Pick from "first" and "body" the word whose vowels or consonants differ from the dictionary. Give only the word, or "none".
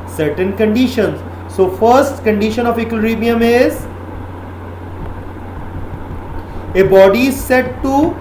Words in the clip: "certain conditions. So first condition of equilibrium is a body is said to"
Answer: none